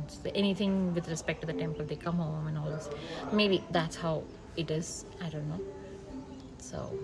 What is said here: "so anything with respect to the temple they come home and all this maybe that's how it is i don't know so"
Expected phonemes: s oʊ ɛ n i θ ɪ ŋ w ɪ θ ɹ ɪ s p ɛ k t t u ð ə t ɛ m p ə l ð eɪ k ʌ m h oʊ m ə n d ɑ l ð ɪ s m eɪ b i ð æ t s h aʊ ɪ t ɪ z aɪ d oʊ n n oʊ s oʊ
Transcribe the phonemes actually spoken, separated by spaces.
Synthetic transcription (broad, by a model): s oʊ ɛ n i t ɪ ŋ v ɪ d ɹ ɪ s p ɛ k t t u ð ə t ɛ m p ə l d eɪ k ʌ m h oʊ m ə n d ɑ l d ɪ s m eɪ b i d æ t s h aʊ ɪ t ɪ z aɪ d oʊ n n oʊ s oʊ